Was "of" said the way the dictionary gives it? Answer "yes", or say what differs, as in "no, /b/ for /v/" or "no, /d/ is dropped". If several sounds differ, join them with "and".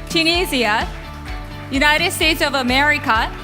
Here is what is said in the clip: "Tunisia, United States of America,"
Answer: yes